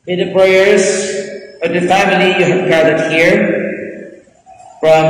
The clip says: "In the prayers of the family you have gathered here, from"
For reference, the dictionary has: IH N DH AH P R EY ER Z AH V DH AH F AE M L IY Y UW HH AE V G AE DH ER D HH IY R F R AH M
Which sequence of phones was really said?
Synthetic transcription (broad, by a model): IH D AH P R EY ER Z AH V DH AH F AE M L IY Y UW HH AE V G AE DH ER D HH IY R F R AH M